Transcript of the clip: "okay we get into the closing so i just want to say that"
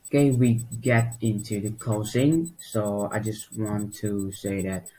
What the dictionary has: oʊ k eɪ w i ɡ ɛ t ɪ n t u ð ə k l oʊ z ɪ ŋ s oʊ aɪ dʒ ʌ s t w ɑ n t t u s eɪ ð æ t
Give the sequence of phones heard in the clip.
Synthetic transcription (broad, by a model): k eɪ w i ɡ ɛ t ɪ n t u ð ə k oʊ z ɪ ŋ s oʊ aɪ dʒ ʌ s t w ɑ n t t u s eɪ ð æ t